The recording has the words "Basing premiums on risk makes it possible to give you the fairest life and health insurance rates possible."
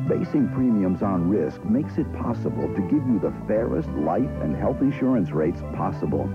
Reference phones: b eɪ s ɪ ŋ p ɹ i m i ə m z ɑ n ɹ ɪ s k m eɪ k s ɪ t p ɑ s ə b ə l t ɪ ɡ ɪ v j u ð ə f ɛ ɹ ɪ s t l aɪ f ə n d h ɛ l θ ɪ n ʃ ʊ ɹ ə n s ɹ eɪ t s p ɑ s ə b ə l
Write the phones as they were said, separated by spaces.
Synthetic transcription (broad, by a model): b eɪ s ɪ ŋ p ɹ i m i ə m z n ɹ ɪ s k m eɪ k s ɪ t p ɑ s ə b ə l t ɪ ɡ ɪ v j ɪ ð ə f ɛ ɹ ɪ s t l aɪ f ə n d h ɛ l θ ɪ n ʃ ʊ ɹ ə n s ɹ eɪ t s p ɑ s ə b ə l